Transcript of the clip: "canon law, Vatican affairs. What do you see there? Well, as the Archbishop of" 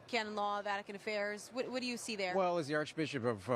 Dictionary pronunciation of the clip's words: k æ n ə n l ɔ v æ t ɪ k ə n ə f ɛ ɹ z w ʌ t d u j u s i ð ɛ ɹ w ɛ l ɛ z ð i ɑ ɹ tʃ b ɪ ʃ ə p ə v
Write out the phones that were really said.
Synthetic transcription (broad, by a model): k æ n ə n l ɔ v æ t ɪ k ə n ə f ɛ ɹ z w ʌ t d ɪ j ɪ s i ð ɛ ɹ w ɛ l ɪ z ð i ɑ ɹ tʃ b ɪ ʃ ə p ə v